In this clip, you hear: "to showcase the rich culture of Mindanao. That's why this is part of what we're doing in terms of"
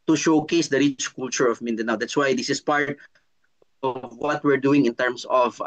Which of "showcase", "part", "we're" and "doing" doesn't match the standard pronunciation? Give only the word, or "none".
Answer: none